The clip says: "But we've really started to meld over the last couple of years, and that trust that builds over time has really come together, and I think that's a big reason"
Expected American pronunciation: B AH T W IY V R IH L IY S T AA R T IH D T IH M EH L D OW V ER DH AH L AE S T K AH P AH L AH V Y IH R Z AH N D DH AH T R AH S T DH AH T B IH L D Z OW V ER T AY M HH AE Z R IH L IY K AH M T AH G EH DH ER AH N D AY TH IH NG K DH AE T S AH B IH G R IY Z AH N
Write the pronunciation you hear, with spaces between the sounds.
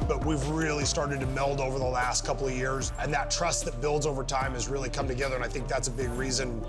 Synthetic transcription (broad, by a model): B AH T W IY V R IH L IY S T AA R T IH D T IH M EH L D OW V ER DH AH L AE S T K AH P L AH V Y IH R Z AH N DH AH T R AH S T DH AH T B IH L D Z OW V ER T AY M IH Z R IH L IY K AH M T AH G EH DH ER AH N AY TH IH NG K DH AE T S AH B IH G R IY Z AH N